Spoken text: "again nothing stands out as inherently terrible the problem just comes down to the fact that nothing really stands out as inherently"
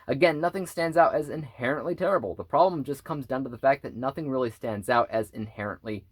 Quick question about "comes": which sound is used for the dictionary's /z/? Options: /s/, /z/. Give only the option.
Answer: /z/